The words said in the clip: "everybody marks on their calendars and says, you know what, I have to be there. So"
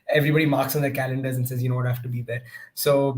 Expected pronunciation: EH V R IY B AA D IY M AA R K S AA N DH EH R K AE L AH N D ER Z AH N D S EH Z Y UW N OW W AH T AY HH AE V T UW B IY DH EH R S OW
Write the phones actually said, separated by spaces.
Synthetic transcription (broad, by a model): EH V R IY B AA D IY M AA R K S AA N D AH K AE L AH N D ER Z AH N S EH Z Y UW N OW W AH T AY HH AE F T UW B IY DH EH R S OW